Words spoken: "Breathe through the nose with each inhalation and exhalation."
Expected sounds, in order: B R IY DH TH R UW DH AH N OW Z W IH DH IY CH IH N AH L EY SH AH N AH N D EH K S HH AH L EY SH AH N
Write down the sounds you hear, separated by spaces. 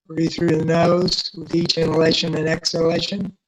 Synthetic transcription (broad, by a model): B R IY TH R UW DH AH N OW Z W IH DH IY CH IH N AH L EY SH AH N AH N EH K S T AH L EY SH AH N